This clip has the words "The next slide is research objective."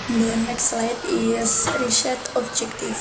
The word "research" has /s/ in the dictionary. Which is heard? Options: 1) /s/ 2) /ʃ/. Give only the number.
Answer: 2